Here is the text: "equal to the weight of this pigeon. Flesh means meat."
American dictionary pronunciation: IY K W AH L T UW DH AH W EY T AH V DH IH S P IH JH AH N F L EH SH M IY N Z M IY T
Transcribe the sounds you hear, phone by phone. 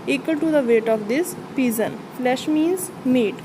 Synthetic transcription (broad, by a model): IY K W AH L T UW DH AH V EY T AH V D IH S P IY Z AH N F L EH SH M IY N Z M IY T